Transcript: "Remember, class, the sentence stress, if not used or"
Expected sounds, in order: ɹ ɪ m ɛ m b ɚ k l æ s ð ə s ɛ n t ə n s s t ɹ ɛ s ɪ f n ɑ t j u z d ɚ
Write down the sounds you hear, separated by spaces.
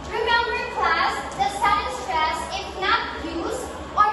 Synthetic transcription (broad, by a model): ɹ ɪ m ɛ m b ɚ k l æ s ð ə s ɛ t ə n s s t ɹ ɛ s ɪ f n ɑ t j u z ɚ